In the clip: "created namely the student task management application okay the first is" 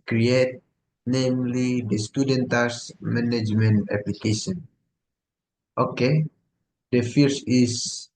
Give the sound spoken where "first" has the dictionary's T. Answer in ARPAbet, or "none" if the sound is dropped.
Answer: none